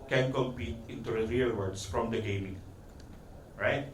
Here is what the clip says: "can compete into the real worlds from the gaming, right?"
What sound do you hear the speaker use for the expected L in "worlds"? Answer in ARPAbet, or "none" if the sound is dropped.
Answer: none